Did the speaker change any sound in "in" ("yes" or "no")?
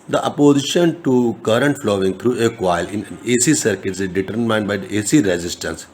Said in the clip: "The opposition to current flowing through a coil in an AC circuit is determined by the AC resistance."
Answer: yes